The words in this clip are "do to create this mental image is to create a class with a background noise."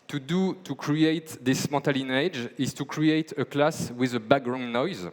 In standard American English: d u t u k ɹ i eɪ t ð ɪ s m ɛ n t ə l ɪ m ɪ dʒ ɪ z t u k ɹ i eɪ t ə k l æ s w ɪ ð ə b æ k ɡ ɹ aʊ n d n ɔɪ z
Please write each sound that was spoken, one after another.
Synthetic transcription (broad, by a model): d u t u k ɹ i eɪ t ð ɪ s m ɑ t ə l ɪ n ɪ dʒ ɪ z t u k ɹ i eɪ t ə k l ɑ s w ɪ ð ə b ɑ ɡ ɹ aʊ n n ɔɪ z